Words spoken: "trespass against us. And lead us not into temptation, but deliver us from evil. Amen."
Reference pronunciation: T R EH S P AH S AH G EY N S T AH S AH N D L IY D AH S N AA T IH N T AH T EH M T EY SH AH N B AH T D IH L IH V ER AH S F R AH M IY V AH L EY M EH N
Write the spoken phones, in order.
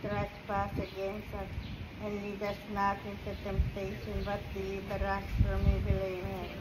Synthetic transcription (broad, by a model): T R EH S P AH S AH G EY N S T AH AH L IY D AH S N AA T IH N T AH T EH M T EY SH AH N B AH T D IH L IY B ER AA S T R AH M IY B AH L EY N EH